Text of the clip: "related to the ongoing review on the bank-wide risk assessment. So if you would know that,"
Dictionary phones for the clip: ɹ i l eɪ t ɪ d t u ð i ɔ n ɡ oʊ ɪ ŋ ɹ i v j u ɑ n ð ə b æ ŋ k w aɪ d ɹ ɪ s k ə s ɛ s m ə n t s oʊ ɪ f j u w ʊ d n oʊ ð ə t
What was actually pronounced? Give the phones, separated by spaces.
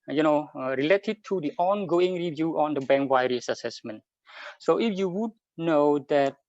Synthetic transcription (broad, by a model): ɹ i l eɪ t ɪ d t u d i ɔ n ɡ oʊ ɪ ŋ ɹ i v j u ɑ n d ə b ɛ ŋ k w aɪ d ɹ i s ə s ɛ s m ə n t s oʊ ɪ f j u w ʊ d n oʊ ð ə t